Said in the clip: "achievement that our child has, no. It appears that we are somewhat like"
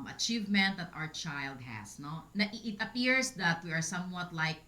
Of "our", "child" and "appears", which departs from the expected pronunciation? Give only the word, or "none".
appears